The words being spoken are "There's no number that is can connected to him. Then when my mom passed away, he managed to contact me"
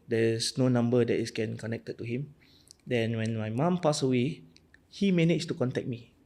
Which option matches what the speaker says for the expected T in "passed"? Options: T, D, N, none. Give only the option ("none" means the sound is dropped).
none